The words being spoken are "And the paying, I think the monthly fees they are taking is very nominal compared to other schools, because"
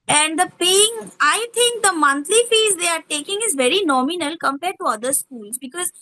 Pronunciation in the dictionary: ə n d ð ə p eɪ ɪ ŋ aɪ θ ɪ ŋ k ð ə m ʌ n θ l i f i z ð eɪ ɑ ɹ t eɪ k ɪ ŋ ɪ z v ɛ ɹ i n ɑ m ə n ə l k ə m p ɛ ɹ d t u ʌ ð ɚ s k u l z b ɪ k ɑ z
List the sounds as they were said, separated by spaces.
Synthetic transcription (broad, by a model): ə n d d ə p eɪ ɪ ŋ aɪ t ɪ ŋ k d ə m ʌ n t l i f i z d eɪ ɑ ɹ t eɪ k ɪ ŋ ɪ z v ɛ ɹ i n ɑ m ə n ə l k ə m p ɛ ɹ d t u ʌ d ɚ s k u l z b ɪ k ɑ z